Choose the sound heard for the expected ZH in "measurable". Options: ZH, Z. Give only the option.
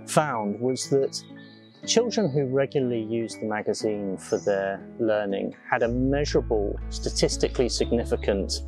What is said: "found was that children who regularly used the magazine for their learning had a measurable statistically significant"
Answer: ZH